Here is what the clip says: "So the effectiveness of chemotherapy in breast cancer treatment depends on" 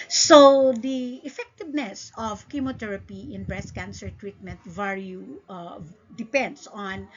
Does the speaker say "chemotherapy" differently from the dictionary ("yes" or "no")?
yes